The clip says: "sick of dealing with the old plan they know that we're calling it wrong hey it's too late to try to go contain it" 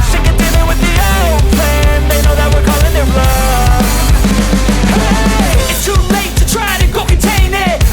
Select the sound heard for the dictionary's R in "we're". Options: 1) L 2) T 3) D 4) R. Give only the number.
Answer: 4